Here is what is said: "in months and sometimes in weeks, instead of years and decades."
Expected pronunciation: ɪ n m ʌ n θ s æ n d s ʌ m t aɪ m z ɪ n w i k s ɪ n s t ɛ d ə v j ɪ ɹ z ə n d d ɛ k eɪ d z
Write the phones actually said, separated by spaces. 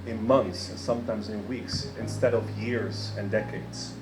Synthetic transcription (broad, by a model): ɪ n m ʌ n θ s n s ʌ m t aɪ m z ɪ n w i k s ɪ n s t ɛ d ə v j ɪ ɹ z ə n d d ɛ k eɪ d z